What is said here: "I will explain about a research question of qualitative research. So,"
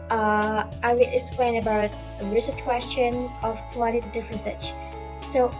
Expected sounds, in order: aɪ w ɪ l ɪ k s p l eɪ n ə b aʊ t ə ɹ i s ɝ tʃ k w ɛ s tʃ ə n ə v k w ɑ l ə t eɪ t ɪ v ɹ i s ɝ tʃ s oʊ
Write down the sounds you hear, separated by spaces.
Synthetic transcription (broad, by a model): aɪ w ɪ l ɪ k s p l eɪ n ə b aʊ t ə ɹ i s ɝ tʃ k w ɛ s tʃ ə n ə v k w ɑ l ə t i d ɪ f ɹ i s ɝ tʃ s oʊ